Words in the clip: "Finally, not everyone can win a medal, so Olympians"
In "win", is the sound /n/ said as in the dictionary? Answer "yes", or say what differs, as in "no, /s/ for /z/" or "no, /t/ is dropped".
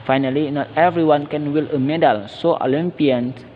no, /l/ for /n/